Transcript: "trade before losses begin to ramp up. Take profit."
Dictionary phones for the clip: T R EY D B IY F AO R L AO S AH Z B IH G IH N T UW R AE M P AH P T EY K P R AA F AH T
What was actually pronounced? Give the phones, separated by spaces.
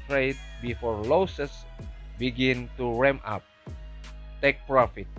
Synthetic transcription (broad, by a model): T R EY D B IY F AO R L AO S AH S B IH G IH N T UW R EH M AA P T EY K P R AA F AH T